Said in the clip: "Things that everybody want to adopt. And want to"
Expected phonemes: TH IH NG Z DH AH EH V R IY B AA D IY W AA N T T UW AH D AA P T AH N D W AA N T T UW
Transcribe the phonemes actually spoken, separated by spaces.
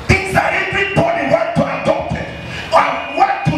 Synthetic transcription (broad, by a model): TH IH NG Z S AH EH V R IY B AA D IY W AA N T T UW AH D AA T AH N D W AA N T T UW